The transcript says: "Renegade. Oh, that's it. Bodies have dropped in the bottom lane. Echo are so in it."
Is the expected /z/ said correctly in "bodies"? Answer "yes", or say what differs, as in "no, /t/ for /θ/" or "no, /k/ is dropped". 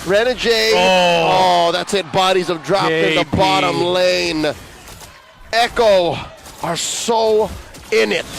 yes